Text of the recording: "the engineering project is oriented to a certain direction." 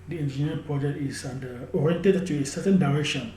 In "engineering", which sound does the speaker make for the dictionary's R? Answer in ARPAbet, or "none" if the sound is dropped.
none